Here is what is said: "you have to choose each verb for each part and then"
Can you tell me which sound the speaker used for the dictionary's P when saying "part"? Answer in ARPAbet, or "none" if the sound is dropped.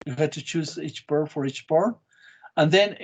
B